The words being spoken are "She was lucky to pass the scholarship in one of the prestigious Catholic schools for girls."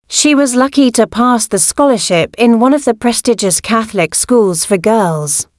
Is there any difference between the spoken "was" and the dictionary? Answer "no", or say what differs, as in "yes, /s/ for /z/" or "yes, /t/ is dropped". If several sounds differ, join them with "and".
no